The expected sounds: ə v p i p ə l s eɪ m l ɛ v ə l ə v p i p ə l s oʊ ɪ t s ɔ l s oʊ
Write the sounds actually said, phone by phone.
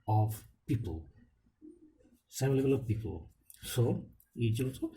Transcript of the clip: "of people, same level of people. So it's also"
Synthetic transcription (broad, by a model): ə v p i p ə l s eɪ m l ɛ b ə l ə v p i p ə l s oʊ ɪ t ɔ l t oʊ